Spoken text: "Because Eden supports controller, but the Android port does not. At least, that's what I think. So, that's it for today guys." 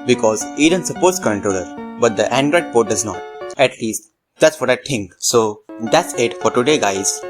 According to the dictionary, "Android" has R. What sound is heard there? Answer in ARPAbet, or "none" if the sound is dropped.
R